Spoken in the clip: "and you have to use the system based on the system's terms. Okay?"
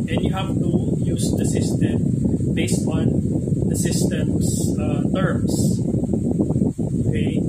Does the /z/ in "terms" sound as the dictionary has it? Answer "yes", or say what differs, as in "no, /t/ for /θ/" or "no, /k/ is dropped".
no, /s/ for /z/